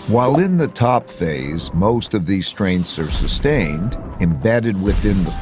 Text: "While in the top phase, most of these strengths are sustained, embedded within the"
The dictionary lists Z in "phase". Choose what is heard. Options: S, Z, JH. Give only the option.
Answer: Z